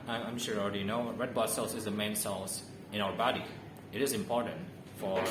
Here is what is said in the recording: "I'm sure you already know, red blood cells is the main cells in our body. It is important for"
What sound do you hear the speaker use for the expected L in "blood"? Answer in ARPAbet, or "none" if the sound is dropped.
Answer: none